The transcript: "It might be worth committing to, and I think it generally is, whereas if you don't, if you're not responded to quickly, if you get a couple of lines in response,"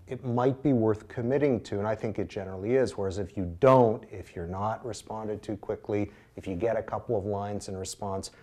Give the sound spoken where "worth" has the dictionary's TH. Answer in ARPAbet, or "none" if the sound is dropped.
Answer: TH